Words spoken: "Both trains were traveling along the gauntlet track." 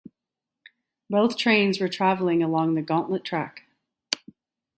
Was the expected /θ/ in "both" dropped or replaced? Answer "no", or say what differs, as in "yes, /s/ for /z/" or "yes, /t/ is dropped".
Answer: no